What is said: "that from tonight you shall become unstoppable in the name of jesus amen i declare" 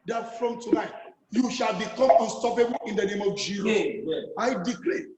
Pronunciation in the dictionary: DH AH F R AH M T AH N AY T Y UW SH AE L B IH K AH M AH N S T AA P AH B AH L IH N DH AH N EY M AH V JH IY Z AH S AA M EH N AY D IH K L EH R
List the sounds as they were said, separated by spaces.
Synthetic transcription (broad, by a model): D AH F R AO M T AH N AY T Y UW SH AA L B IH K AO M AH N S T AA P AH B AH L IH N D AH N EY M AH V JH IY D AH AA IH D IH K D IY